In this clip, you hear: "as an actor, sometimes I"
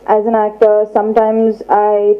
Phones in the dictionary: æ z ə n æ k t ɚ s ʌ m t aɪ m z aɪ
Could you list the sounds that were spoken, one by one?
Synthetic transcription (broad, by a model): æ z ə n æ k t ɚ s ʌ m t aɪ m z aɪ